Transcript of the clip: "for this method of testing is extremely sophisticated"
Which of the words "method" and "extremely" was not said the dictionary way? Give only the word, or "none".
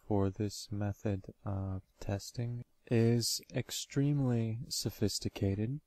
none